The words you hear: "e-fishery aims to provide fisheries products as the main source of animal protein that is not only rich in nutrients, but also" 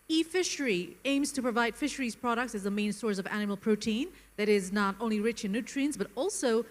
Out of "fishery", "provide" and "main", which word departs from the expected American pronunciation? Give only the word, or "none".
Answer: none